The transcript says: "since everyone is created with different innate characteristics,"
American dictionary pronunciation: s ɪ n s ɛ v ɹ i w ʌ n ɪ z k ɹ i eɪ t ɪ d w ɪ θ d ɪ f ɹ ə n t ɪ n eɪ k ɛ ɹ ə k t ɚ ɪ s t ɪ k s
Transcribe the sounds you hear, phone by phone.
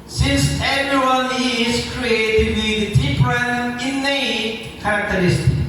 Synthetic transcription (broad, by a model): s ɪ n s ɛ v ɹ i w ʌ n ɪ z k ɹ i eɪ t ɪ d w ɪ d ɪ p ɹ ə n ɪ n eɪ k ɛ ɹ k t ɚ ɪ s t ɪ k